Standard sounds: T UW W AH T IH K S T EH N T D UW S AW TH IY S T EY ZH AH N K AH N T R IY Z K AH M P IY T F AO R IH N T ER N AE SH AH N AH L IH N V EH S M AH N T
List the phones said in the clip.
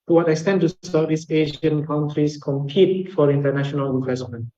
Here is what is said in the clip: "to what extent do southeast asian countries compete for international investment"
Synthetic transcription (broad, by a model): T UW W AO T IH K S T EH N T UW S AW T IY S EY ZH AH N K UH N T R IY S K AH M P IY T F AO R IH N T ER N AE SH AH N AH L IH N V EH S M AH N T